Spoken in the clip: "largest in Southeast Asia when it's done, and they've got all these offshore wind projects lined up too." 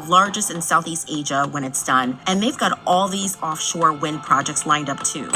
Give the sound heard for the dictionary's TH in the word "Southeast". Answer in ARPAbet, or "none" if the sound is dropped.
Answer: TH